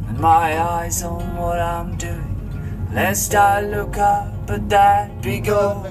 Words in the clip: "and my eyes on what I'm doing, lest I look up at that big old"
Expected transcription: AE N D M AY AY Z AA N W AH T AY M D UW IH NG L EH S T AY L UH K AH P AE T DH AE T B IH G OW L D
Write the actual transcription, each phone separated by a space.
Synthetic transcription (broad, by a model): M AY AY Z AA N W AH T AY M D UW IH NG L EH S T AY L UH K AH B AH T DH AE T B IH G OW